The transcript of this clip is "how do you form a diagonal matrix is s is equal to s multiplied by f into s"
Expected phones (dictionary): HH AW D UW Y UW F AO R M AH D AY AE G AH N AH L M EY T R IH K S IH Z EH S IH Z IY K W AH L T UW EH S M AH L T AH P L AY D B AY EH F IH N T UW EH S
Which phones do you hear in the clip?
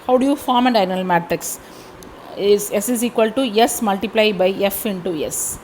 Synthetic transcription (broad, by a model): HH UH D UW Y UW F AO R M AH D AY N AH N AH L M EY T R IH K S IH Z EH S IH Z IY K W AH L T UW EH S M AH L T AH P L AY B AY EH F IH N T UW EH S